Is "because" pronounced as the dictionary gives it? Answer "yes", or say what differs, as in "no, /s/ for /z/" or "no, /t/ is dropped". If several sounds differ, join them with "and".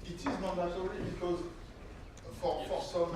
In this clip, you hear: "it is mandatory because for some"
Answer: yes